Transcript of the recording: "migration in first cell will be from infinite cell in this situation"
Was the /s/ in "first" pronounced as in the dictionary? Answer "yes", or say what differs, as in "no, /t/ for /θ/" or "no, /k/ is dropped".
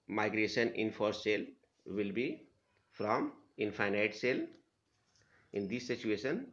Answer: no, /s/ is dropped